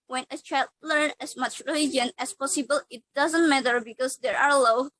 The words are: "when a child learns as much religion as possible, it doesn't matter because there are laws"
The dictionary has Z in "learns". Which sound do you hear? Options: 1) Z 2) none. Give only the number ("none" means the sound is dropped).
2